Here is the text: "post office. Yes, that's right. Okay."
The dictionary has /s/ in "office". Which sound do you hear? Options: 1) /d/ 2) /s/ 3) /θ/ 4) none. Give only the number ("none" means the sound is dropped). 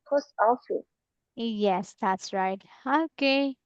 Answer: 4